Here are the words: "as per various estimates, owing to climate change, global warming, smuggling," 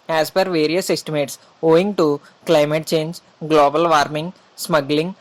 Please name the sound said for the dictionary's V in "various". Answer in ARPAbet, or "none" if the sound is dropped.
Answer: V